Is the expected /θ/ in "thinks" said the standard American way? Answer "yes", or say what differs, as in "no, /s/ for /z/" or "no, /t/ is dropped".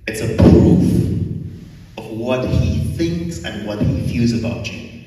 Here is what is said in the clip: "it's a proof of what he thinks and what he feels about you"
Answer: yes